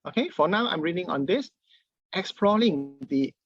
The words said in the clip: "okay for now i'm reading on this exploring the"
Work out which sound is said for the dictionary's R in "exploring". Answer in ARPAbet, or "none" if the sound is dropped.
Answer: L